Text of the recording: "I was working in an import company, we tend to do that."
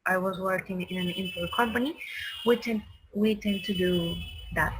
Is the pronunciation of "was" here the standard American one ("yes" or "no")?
yes